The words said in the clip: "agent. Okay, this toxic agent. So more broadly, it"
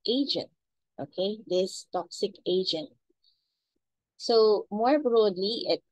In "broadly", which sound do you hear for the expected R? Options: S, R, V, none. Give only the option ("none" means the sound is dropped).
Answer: R